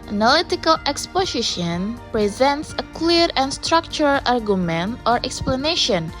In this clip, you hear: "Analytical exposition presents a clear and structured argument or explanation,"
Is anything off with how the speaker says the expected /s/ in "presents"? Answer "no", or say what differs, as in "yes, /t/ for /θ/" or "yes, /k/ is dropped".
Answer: no